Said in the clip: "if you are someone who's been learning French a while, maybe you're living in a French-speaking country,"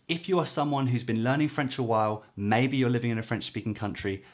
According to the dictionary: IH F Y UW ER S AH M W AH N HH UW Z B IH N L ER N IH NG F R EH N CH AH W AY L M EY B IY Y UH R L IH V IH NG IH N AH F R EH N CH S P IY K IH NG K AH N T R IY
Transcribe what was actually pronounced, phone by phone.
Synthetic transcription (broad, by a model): IH F Y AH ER S AH M W AH N HH UW Z B IH N L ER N IH NG F R EH N CH AH W AY L M EY B IY Y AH L IH V IH NG IH N AH F R EH N CH S P IY K IH NG K AH N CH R IY